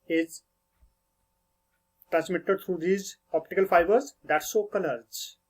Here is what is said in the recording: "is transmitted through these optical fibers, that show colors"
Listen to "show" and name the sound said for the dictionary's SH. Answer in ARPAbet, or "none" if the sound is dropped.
S